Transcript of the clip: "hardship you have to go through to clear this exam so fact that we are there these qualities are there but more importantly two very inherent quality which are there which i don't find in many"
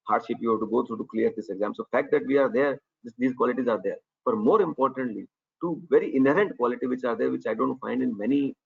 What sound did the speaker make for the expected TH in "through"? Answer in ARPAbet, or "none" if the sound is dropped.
T